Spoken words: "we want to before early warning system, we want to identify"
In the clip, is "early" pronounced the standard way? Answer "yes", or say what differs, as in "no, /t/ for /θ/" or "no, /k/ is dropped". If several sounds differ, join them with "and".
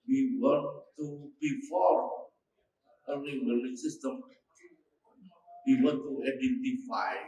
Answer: no, /n/ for /l/